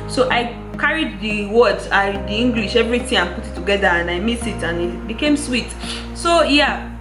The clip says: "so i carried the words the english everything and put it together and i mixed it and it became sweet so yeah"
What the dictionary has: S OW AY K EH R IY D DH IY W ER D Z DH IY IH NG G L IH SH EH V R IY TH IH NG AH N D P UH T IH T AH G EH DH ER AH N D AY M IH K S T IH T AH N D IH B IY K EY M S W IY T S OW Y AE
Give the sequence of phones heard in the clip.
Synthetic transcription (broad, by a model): S OW AY K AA R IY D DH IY W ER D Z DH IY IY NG G L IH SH EH V R IY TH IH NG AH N P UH T IH T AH G EH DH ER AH N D AY M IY S IH T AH N IH B IY K EY M S W IY T S OW Y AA